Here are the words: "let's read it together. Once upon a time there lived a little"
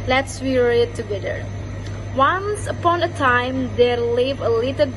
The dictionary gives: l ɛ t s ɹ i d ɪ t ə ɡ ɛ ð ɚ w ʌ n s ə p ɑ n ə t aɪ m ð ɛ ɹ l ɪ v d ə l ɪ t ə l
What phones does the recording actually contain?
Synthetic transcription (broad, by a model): l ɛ t s w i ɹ ɪ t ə ɡ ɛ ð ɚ w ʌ n s ə p ɑ n ə t aɪ m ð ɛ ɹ l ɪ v ə l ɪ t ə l